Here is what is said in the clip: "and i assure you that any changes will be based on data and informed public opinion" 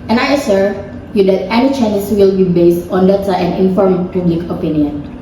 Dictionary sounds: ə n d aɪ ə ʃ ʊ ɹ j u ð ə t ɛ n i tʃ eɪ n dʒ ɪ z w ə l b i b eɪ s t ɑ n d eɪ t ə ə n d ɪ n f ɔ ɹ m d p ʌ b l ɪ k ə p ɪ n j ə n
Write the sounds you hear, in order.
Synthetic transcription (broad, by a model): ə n aɪ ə s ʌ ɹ j u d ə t ɛ n i tʃ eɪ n ɪ s w ə l b i b eɪ s t ɑ n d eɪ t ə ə n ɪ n f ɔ ɹ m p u b l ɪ k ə p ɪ n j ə n